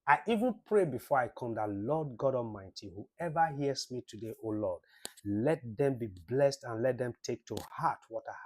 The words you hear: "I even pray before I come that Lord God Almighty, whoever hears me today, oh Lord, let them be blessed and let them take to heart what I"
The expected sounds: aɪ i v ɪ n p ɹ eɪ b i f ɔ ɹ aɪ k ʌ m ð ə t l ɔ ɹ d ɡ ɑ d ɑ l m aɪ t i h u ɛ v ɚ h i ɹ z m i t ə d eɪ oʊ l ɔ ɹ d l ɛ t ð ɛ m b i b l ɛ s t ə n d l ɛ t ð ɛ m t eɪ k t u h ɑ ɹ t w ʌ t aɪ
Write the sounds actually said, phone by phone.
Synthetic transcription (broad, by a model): aɪ i v ɪ n p ɹ eɪ b i f ɔ ɹ aɪ k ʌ m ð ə t l ɔ d ɡ ɑ d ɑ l m aɪ t i h u ɛ v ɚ h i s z m i t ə d eɪ oʊ l ɔ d l ɛ t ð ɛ m b i b l ɛ s t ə n l ɛ t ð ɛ m t eɪ k t u h ɑ t w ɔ t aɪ